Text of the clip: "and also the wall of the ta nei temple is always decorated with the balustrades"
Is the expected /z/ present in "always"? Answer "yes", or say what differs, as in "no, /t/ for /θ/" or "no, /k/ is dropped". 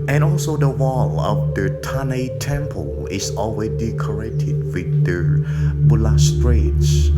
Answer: no, /z/ is dropped